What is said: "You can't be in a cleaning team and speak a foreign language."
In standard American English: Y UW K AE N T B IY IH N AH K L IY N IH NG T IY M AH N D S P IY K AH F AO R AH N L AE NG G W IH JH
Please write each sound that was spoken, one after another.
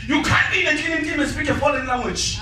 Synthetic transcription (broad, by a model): Y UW K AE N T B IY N AH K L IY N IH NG T IY M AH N S P IY K AH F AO L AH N L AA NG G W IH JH